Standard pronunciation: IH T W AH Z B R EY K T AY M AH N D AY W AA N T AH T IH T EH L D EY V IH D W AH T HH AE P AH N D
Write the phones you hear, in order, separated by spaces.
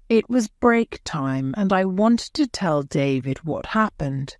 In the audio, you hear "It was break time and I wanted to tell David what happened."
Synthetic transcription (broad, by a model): IH T W AH Z B R EY K T AY M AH N AY W AA N T AH T IH T EH L D EY V IH D W AH T HH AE P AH N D